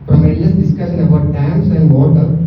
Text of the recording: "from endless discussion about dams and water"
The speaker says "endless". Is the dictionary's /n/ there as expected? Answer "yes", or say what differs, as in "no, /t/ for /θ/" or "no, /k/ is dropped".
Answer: no, /n/ is dropped